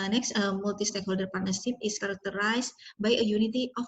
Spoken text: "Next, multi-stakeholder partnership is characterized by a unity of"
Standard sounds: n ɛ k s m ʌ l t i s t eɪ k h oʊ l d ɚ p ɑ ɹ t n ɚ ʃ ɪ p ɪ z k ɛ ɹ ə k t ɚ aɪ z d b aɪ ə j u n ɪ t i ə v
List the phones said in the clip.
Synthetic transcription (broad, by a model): n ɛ k s m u l t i s t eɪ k h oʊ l d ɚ p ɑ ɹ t n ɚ s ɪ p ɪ s k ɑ ɹ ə k t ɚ aɪ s b aɪ ə j u n ɪ t i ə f